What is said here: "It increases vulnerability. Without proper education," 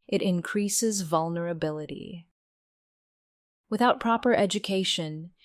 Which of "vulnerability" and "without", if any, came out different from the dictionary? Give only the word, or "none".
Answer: none